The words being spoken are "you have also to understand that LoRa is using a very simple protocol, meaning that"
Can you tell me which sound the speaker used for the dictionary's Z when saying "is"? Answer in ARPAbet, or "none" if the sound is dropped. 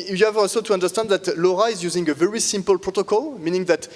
Z